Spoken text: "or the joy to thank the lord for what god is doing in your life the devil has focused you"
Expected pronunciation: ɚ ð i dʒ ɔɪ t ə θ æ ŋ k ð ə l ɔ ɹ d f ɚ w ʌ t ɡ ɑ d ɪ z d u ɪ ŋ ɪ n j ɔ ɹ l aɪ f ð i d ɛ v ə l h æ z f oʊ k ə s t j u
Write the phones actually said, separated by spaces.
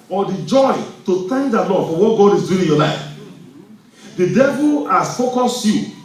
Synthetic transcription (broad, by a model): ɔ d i dʒ ɔɪ t ə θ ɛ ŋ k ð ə l ɔ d f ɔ w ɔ t ɡ ɑ d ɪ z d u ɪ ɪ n j ɔ l aɪ f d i d ɛ v ə l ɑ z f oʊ k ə s j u